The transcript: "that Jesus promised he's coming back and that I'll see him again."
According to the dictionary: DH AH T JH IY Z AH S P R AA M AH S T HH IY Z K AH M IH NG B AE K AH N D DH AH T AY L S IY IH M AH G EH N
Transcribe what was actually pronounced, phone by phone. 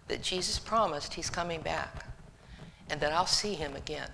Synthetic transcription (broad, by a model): DH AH T JH IY Z AH S P R AA M AH S T HH IY Z K AH M IH NG B AE K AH N DH AH T AY L S IY IH M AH G EH N